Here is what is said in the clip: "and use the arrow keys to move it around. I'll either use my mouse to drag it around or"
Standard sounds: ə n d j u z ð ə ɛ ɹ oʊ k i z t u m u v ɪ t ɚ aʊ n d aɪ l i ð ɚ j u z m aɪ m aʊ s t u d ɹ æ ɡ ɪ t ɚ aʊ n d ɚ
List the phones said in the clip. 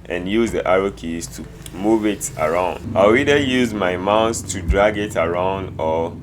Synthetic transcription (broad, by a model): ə n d j u z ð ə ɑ ɹ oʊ k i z t u m u v ɪ t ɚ aʊ n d aɪ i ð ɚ j u z m aɪ m aʊ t t u d ɹ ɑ ɡ ɪ t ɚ aʊ n d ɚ